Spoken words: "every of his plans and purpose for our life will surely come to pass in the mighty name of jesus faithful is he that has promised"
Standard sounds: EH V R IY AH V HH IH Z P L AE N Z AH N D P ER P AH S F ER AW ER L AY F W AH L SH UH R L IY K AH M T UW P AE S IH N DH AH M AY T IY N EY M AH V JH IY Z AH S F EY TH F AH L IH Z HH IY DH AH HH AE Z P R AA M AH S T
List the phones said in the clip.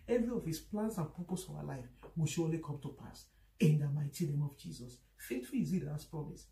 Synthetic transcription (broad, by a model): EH V R IY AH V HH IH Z P L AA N S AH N P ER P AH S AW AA L AY F W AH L SH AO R L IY K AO M T UW P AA S IH N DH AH M AY T IY N EY M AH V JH IY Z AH S F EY T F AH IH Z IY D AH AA S P R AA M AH S